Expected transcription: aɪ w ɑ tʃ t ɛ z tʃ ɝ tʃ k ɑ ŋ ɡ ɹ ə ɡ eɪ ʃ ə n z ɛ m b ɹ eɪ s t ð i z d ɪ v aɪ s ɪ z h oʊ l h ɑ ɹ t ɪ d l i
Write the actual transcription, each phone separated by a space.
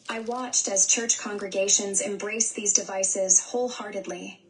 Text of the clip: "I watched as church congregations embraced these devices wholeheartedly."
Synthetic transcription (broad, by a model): aɪ w ɑ tʃ t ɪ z tʃ ɝ tʃ k ɑ ŋ ɡ ɹ ə ɡ eɪ ʃ ə n z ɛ m b ɹ eɪ s ð i z d ɪ v aɪ s ɪ z h oʊ l h ɑ ɹ t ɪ d l i